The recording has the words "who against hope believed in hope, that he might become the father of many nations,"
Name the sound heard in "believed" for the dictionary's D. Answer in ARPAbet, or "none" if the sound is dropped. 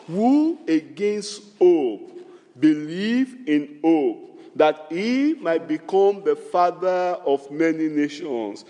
none